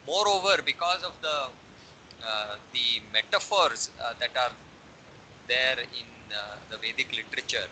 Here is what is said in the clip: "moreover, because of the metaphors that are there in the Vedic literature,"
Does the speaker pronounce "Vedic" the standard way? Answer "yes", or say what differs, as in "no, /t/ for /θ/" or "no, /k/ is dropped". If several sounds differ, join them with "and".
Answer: yes